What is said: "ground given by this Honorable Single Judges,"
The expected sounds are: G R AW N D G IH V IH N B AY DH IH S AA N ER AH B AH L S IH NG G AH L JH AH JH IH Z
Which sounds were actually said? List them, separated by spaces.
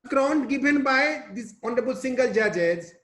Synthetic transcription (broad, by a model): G R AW N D G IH B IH N B AY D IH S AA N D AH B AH L S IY NG G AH L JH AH JH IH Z